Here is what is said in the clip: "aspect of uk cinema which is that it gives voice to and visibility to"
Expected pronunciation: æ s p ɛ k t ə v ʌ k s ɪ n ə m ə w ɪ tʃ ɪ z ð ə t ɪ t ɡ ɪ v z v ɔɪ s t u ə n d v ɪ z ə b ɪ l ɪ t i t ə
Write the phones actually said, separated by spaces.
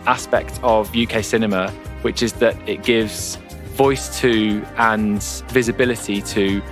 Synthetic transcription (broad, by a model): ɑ s p ɛ k t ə v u k s ɪ n ə m ə w ɪ tʃ ɪ z ð ə t ɪ t ɡ ɪ v z v ɔɪ s t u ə n v ɪ z ə b ɪ l ɪ t i t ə